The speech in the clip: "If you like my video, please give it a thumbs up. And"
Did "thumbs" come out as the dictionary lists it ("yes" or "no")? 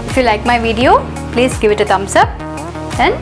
no